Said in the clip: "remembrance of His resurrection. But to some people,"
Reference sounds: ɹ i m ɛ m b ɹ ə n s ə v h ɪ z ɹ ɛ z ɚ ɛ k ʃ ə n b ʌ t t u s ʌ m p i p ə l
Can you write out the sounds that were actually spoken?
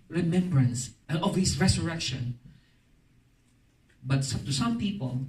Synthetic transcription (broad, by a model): ɹ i m ɛ m b ɹ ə n s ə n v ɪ s ɹ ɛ s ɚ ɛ k ʃ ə n b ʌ t t u s ʌ m p i p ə l